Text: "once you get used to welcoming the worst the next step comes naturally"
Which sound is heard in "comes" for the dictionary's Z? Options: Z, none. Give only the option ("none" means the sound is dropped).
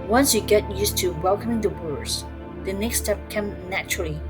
none